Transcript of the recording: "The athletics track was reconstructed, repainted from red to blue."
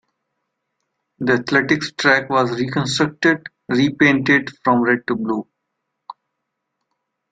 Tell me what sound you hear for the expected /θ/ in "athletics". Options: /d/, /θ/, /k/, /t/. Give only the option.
/t/